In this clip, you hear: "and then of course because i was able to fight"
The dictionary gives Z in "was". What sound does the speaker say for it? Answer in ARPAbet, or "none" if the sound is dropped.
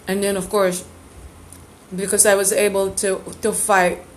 Z